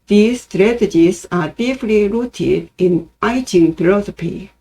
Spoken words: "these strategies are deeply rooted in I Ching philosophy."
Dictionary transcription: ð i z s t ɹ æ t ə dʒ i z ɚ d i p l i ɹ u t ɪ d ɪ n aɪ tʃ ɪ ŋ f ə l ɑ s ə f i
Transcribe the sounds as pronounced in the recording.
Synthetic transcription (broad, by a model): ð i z s t ɹ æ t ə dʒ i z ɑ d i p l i ɹ u t ɪ d ɪ n aɪ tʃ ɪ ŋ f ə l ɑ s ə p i